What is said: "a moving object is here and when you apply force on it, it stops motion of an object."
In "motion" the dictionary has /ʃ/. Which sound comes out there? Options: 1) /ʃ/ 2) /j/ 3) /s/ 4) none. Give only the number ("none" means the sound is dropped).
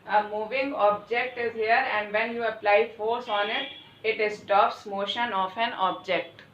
1